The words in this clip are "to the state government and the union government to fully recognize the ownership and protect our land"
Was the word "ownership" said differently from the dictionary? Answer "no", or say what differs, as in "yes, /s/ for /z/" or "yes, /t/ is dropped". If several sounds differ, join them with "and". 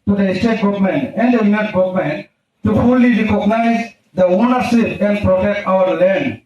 yes, /s/ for /ʃ/